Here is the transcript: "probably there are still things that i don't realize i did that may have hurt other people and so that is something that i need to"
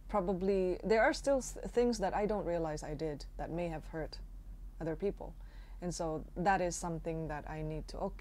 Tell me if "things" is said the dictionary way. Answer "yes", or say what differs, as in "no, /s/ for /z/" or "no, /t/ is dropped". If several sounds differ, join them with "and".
yes